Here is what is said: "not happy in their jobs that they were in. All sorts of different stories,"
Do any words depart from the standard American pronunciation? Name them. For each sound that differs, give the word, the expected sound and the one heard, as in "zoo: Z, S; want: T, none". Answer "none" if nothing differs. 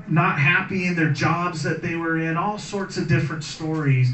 none